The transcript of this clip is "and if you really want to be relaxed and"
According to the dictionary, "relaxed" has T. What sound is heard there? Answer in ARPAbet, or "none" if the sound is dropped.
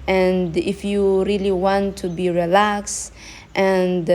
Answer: T